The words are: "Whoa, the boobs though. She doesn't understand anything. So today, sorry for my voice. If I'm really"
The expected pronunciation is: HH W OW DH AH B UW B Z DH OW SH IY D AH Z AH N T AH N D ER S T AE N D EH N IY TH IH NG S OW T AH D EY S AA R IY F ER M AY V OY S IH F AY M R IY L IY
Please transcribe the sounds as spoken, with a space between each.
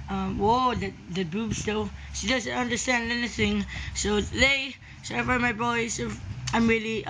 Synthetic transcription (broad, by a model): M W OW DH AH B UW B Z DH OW SH IY D AH Z AH N T AH N D ER S T AE N D EH N IY TH IH NG S OW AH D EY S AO IY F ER M AY B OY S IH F AY M R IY L IY